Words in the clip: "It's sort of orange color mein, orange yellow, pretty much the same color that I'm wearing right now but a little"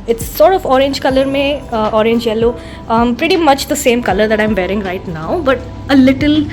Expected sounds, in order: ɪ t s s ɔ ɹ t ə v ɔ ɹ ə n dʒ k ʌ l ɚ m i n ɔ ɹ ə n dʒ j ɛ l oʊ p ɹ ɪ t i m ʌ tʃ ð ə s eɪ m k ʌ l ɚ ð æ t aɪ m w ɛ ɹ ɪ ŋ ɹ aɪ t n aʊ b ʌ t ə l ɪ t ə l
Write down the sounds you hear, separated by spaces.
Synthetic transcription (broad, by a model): ɪ t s s ɔ ɹ t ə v ɔ ɹ ə n dʒ k ʌ l ɚ m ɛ ɔ ɹ ə n dʒ j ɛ l oʊ p ɹ ɪ t i m ʌ tʃ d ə s eɪ m k ʌ l ɚ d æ t aɪ m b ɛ ɹ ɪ ŋ ɹ aɪ t n aʊ b ʌ t ə l ɪ t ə l